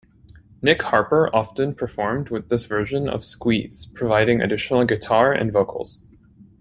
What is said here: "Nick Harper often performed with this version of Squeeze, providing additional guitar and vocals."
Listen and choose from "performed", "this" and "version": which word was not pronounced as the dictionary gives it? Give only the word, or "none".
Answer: none